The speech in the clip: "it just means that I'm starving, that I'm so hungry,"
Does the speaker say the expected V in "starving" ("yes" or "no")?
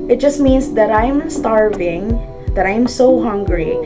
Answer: yes